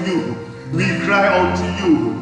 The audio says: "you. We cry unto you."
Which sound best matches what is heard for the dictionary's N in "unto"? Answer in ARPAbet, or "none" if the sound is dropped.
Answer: none